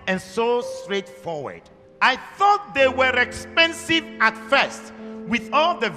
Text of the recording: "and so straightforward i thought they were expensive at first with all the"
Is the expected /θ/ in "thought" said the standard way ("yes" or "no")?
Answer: yes